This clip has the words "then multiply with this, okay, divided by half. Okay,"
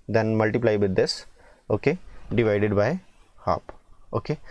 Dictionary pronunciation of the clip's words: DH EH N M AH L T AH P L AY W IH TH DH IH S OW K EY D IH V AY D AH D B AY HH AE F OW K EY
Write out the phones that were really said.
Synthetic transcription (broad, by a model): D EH N M AH L T AH P L AY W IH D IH S OW K EY D IH V AY D AH D B AY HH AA P OW K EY